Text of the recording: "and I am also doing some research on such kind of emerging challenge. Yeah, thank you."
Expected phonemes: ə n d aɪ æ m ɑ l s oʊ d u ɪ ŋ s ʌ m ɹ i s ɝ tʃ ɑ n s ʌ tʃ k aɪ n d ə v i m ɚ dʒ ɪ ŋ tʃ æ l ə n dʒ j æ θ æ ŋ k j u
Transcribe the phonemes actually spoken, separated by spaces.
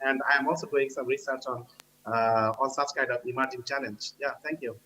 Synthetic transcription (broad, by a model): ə n d aɪ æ m ɑ l s oʊ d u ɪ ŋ s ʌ m ɹ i s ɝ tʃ ɑ n s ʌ s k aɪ d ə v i m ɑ dʒ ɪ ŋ tʃ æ l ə n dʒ j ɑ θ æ ŋ k j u